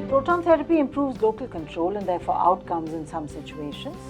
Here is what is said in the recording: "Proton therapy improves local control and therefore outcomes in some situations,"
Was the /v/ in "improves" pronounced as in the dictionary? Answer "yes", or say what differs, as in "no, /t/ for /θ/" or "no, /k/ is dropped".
yes